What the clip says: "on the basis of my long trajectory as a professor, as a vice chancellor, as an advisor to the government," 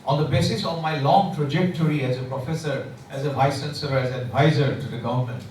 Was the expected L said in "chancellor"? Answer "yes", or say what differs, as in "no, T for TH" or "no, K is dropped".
no, L is dropped